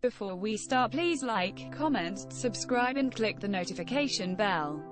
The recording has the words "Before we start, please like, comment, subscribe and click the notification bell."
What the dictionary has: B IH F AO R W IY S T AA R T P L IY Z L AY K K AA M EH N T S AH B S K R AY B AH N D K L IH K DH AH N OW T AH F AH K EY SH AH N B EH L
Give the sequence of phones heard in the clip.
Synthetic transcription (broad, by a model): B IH F AO W IY S T AA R T P L IY Z L AY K K AA M EH N T S AH B S K R AY B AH N K L IH K DH AH N OW T AH F AH K EY SH AH N B EH L